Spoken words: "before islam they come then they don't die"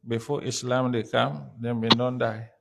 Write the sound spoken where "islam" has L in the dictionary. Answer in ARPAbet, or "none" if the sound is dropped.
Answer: L